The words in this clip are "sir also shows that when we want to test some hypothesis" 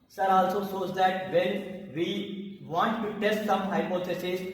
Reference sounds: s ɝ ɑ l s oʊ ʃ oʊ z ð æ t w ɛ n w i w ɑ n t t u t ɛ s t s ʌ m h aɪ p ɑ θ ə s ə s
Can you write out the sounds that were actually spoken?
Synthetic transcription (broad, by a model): s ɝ ɑ l s oʊ s oʊ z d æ t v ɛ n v i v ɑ n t t u t ɛ s t s ʌ m h aɪ p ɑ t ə s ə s